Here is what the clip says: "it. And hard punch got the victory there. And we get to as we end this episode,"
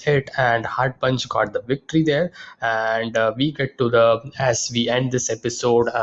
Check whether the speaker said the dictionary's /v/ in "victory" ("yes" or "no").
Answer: yes